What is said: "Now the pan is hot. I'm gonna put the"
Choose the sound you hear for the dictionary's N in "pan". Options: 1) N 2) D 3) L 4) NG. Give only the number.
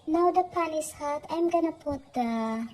3